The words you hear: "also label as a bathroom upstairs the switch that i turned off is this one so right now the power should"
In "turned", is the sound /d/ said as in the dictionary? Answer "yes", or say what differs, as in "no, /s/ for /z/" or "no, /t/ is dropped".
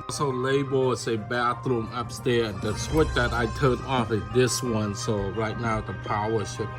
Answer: no, /d/ is dropped